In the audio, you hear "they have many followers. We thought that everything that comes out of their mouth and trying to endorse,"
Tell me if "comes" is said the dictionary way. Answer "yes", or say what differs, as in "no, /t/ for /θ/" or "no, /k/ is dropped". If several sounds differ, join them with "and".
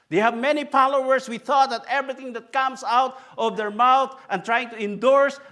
no, /s/ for /z/